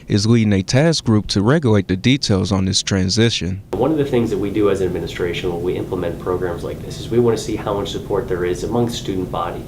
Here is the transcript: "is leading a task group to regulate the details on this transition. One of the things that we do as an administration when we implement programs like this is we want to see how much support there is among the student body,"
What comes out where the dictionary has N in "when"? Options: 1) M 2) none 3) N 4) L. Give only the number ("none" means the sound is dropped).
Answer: 4